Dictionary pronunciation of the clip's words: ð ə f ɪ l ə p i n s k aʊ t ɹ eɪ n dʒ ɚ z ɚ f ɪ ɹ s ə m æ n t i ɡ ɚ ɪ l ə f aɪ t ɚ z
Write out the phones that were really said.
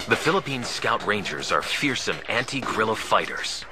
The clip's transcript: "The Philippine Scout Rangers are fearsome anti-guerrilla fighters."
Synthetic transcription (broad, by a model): ð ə f ɪ l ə p i n s k aʊ t ɹ eɪ n dʒ ɚ z ɚ f ɪ ɹ s ə m æ n t i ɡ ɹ ɪ l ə f aɪ t ɚ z